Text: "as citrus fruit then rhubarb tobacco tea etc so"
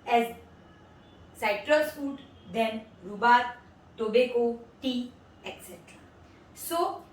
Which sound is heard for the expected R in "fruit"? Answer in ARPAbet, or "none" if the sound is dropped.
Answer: none